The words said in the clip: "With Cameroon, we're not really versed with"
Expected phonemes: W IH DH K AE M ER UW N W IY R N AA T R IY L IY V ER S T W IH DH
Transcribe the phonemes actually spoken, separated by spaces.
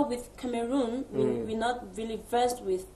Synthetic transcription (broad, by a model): W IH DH K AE M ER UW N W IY W N AA T R IY L IY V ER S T W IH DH